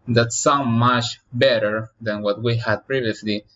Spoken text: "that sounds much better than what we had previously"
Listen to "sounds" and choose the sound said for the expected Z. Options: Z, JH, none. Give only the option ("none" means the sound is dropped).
none